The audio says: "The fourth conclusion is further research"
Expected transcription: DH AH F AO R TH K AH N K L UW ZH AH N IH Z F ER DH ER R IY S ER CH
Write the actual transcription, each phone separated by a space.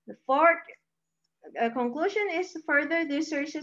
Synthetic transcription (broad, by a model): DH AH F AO R T K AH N K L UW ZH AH N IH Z F ER DH ER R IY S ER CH